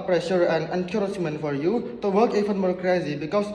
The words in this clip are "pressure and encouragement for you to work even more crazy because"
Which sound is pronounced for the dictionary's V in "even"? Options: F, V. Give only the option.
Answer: F